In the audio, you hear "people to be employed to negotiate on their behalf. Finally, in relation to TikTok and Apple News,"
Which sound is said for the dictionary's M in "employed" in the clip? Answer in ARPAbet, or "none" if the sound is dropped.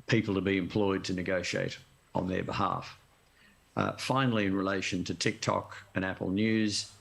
M